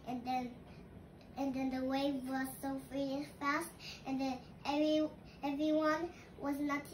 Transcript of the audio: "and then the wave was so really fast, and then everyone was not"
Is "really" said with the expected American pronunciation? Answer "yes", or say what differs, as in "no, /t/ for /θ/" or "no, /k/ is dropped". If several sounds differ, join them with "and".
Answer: no, /l/ is dropped